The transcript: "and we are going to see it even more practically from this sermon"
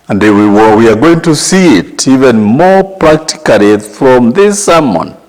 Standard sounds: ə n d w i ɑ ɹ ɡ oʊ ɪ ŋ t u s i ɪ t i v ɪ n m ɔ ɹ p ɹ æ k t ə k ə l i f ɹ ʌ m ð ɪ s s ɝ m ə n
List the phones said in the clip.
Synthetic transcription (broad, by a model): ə n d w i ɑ w ɡ oʊ ɪ ŋ t u s i ɪ t i v ɪ n m ɔ ɹ p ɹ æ k t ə k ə l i f ɹ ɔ m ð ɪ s s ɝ m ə n